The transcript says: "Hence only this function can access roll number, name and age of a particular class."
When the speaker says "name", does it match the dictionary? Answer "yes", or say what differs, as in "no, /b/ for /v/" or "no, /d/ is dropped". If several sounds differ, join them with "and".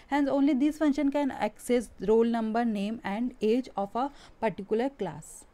yes